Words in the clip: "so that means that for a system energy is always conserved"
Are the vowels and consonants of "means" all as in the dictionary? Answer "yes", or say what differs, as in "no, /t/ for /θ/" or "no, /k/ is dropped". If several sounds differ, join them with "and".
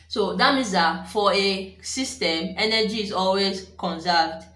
no, /n/ is dropped